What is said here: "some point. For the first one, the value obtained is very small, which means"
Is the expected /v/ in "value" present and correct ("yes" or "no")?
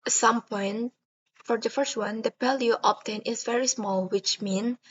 no